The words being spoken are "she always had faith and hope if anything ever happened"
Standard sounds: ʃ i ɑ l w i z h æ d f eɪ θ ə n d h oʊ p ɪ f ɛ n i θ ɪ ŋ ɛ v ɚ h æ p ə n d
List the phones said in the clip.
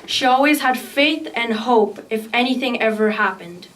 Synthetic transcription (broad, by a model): ʃ i ɑ l w i z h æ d f eɪ θ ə n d h oʊ p ɪ f ɛ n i θ ɪ ŋ ɛ v ɚ h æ p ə n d